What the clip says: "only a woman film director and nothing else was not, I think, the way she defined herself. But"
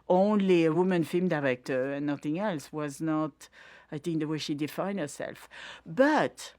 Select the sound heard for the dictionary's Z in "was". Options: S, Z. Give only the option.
Z